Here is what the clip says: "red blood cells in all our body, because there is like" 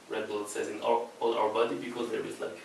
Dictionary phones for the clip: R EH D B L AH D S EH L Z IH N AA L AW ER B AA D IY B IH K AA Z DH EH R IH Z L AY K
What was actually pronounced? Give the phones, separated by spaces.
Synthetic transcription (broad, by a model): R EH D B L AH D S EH Z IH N AA L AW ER B AA D IY B IH K AA Z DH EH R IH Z L AY K